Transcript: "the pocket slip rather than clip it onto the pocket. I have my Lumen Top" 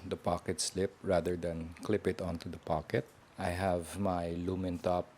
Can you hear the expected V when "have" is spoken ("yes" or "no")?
yes